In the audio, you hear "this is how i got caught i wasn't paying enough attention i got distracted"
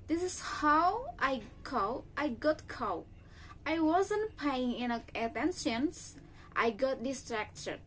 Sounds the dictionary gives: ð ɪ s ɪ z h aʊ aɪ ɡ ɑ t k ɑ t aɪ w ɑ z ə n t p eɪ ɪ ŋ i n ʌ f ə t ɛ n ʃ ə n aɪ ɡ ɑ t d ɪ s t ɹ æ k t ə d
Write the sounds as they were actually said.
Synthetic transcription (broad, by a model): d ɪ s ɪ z h aʊ aɪ ɡ ɑ t k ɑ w aɪ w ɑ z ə n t p eɪ ɪ ŋ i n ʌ ə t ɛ n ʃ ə n aɪ ɡ ɑ t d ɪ s t ɹ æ k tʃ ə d